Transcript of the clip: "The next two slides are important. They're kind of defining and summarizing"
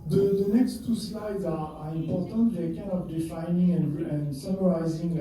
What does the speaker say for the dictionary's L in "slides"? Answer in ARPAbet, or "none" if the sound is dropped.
L